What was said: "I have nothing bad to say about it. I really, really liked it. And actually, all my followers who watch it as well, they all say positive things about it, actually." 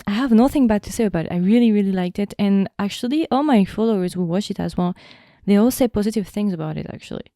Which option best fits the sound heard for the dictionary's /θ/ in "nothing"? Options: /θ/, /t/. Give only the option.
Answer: /θ/